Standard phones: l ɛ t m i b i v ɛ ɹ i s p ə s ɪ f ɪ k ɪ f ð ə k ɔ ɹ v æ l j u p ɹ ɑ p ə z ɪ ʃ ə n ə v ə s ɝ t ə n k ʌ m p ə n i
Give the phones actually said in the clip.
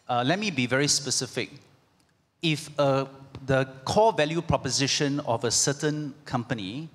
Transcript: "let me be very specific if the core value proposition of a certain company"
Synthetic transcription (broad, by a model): l ɛ t m i b i v ɛ ɹ i s p ə s ɪ f ɪ k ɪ f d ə k ɔ v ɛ l j u p ɹ ɑ p ə z ɪ ʃ ə n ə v ə s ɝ t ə n k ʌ m p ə n i